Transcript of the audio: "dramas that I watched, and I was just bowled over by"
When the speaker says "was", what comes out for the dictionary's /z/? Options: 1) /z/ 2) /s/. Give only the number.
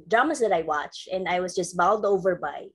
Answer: 1